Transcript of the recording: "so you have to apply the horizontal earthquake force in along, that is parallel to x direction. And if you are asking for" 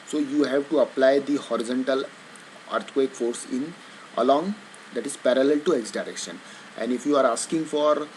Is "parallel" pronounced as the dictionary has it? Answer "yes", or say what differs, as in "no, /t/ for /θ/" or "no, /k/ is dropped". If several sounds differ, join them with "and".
yes